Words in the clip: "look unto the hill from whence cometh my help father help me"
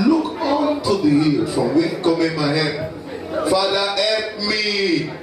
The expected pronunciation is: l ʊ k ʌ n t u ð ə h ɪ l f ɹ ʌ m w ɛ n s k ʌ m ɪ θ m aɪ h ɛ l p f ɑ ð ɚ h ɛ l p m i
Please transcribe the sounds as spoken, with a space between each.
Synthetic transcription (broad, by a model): l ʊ k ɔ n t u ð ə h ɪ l f ɹ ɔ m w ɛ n k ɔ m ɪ m aɪ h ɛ p f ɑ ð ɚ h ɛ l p m i